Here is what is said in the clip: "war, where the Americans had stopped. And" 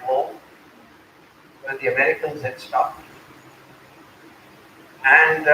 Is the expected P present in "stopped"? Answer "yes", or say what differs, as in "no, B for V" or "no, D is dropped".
no, P is dropped